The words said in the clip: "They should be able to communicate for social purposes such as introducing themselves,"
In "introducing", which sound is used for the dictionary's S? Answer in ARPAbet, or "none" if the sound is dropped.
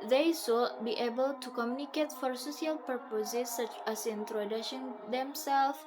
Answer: SH